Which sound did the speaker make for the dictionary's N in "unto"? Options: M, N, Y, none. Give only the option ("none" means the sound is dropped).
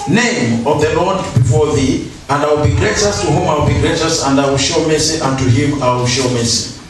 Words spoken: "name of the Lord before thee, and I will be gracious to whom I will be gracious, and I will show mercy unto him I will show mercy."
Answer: N